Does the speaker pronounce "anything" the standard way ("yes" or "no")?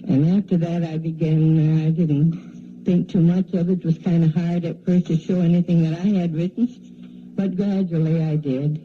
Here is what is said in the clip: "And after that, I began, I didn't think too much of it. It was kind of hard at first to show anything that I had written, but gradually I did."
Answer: yes